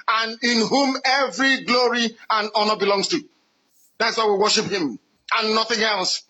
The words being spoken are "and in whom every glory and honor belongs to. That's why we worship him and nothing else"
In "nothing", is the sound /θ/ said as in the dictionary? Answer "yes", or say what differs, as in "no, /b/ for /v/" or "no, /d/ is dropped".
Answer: yes